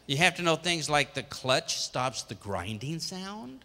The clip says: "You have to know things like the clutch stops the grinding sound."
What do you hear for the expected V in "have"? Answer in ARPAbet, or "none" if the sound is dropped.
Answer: F